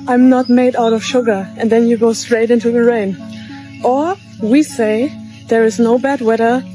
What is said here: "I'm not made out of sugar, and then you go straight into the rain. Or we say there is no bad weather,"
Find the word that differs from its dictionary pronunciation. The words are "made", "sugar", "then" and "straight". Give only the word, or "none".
none